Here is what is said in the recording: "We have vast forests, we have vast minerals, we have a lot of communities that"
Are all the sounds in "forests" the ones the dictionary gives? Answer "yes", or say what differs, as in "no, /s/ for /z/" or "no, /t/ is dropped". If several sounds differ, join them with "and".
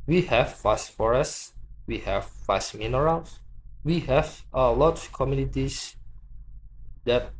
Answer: yes